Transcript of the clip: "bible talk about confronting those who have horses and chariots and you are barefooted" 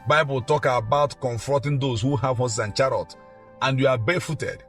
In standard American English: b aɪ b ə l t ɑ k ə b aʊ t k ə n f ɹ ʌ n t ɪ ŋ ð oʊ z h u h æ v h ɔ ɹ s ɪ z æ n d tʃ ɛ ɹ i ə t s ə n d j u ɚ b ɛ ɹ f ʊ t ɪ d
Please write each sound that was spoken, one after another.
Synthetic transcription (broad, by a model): b aɪ b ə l t ɑ k ə b aʊ t k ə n f ɹ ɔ n t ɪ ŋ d oʊ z h u h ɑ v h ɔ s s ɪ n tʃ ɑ ɹ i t ə n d j u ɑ b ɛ f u t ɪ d